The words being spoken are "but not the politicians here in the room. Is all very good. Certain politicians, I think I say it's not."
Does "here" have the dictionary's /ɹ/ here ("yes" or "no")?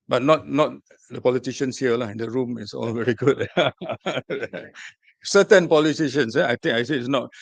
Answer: no